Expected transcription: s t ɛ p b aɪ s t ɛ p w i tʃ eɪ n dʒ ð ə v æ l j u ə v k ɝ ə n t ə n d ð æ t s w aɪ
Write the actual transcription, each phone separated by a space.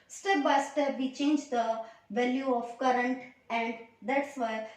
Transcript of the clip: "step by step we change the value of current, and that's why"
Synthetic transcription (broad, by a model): s t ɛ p b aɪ s t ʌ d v i tʃ eɪ n dʒ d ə v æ l j u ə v k ɝ ə n t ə l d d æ t s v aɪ